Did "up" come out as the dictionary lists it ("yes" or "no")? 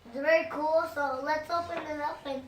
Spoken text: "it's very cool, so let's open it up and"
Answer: no